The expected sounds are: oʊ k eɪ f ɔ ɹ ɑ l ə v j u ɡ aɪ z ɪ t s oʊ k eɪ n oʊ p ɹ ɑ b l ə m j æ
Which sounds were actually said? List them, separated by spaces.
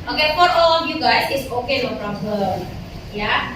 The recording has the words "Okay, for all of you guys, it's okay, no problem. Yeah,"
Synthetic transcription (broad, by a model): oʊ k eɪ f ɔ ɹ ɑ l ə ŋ j u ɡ aɪ s ɪ t s oʊ k eɪ l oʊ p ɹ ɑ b ə j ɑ